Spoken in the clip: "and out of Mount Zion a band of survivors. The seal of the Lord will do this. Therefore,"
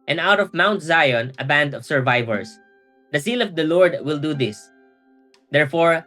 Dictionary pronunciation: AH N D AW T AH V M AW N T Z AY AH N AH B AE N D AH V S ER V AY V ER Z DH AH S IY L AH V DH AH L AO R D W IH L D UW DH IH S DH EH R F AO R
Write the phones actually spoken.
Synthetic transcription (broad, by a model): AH N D AW T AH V M AW N T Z AY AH N AH B AE N D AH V S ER V AY V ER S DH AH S IY L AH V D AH L AO R D W IH L D UW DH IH S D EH R F AO R